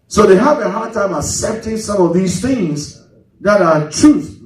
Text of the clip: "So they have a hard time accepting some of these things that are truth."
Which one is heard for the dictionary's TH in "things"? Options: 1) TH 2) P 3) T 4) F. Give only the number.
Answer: 1